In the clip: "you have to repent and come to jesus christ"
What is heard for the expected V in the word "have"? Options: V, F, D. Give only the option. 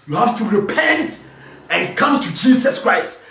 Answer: F